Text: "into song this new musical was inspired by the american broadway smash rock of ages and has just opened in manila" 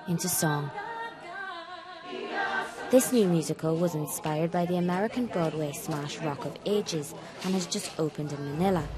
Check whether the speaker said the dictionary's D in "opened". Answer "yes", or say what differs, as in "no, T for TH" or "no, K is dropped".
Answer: yes